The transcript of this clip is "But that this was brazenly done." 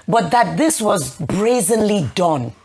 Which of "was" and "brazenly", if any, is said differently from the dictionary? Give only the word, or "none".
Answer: none